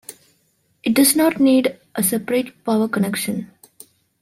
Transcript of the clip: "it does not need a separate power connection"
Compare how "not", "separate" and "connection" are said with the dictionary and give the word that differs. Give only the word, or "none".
none